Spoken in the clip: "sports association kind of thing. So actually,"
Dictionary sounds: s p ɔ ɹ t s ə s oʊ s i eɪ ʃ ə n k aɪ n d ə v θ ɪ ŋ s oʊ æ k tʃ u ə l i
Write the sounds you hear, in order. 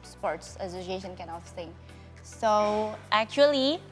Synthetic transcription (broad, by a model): s p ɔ ɹ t s ə s oʊ s i eɪ ʃ ə n k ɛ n ə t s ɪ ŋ s oʊ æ k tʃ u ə l i